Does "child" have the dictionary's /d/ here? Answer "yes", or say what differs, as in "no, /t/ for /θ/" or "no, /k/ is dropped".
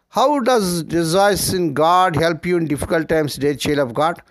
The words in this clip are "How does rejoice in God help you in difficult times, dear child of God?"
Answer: no, /d/ is dropped